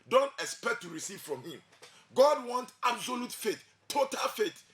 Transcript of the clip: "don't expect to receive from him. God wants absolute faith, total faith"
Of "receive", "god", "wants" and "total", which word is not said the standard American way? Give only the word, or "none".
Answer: wants